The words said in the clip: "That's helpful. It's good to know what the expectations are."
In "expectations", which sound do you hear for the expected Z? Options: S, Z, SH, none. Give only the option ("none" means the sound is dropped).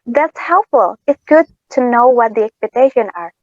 none